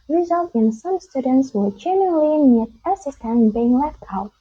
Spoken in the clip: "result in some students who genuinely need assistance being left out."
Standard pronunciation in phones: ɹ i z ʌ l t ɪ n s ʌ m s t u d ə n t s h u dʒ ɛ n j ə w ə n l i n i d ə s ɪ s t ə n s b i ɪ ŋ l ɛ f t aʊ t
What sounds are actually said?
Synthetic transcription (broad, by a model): ɹ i z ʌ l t ɪ n s ʌ m s t u d ə n t s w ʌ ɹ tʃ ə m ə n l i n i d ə s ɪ s t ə n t b i ɪ ŋ l ɛ f t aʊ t